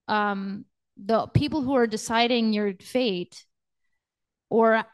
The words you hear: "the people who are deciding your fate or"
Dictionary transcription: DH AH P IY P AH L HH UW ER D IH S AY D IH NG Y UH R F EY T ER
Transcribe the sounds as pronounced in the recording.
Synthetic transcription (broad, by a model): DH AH P IY P L HH UW ER D IH S AY D IH NG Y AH R F EY T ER